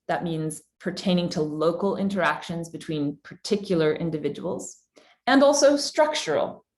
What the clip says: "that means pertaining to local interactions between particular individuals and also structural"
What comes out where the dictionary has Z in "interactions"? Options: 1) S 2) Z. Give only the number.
2